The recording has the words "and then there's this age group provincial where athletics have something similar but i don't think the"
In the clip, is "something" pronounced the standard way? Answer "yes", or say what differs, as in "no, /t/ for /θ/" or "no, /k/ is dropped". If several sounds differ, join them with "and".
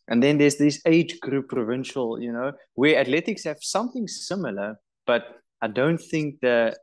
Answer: yes